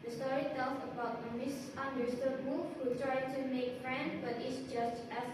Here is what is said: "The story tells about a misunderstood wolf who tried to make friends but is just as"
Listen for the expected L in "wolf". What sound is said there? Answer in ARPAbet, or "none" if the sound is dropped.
none